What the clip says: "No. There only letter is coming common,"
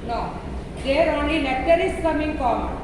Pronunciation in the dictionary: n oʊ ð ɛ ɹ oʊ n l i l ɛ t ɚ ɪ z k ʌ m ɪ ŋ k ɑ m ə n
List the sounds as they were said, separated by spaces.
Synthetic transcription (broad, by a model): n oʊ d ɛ ɹ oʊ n i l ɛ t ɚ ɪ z k ʌ m ɪ ŋ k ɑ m